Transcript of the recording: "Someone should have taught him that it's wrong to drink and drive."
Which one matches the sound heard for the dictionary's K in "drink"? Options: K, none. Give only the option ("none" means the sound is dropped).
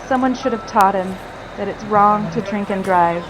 K